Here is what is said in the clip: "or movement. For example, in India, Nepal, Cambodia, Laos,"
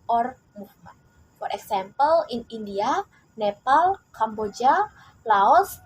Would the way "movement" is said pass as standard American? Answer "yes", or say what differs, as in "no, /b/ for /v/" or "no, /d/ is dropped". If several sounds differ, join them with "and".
no, /n/ is dropped